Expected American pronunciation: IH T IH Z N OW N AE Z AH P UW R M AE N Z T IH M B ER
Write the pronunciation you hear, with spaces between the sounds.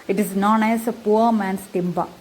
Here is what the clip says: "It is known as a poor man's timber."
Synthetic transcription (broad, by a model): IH T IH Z N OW N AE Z AH P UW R M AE N S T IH M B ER